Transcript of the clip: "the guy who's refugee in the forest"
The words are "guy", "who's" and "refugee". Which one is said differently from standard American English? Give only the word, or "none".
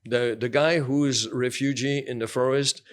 none